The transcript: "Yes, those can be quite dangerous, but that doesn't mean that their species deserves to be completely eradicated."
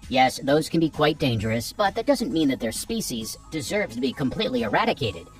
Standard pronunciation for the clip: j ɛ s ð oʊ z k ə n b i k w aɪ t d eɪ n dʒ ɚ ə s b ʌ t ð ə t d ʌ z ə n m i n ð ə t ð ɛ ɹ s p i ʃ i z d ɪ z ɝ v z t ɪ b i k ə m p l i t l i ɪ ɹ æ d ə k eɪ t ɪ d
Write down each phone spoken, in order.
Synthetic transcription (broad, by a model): j ɛ s ð oʊ z k ə n b i k w aɪ t d eɪ n dʒ ɚ ə s b ʌ t ð ə t d ʌ z ə n m i n ð ə t ð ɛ ɹ s p i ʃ i z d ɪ z ɝ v t ɪ b i k ə m p l i t l i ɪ ɹ æ d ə k eɪ t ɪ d